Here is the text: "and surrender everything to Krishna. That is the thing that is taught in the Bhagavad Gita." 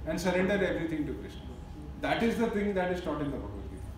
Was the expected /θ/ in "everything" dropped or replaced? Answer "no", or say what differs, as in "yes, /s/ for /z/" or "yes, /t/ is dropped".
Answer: yes, /t/ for /θ/